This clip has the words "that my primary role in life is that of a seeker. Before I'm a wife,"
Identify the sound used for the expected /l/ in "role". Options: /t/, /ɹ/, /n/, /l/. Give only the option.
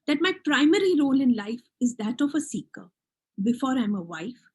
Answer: /l/